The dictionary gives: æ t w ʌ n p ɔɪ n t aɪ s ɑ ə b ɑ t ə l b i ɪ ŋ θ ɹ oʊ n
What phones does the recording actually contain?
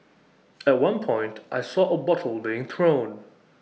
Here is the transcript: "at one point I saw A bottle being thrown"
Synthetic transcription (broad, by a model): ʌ t w ʌ n p ɔɪ n t aɪ s ɑ ə b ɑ t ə l b i ɪ ŋ θ ɹ oʊ n